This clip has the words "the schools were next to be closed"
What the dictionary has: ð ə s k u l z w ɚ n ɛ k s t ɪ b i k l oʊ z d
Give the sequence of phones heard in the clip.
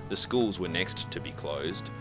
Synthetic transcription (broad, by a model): ð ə s k u l z w ɚ n ɛ k s t ɪ b i k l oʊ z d